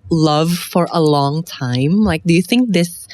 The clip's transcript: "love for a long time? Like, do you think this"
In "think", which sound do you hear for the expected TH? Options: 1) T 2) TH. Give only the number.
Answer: 2